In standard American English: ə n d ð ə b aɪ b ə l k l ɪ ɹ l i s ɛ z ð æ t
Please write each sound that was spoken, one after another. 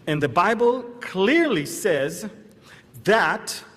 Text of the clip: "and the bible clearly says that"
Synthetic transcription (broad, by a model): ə n ð ə b aɪ b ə l k l ɪ ɹ l i s ɛ z ð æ t